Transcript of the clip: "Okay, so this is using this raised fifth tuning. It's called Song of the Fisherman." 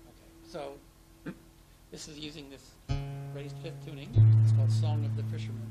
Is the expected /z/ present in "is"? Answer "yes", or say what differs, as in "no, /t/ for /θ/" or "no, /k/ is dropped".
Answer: yes